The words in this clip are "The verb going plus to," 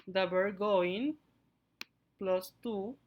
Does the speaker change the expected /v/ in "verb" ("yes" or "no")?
yes